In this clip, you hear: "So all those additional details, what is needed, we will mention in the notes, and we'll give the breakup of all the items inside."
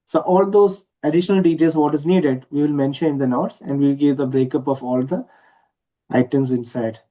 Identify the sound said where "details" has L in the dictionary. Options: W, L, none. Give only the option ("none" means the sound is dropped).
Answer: none